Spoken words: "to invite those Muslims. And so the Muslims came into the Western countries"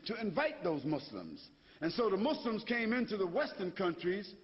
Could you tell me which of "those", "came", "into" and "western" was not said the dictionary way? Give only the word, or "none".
none